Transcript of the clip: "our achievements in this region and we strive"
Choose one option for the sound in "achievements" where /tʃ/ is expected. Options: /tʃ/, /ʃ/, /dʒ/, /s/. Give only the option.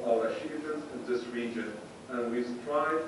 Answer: /ʃ/